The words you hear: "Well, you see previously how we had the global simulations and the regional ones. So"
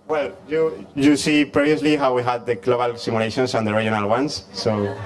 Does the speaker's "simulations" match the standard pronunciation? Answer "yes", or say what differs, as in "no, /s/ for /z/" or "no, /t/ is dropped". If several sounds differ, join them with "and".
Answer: no, /s/ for /z/